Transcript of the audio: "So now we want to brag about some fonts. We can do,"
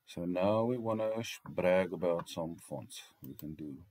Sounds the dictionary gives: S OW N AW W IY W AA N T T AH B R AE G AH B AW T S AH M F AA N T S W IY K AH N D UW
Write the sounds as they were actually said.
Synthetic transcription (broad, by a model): S OW N AW W IY W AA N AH B R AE G AH B AW T S AH M F AA N T S W IY K AH N D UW